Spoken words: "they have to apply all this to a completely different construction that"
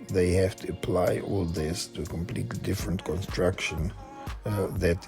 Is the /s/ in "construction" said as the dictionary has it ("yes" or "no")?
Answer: yes